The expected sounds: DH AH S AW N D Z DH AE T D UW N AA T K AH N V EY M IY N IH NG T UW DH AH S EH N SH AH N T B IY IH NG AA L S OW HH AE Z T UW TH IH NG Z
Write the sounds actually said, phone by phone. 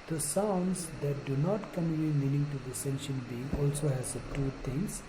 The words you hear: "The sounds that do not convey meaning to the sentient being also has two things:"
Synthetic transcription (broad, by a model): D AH S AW N D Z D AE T D UW N AA T K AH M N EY M IY N IH NG T UW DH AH S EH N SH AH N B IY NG AA L S OW HH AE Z T UW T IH NG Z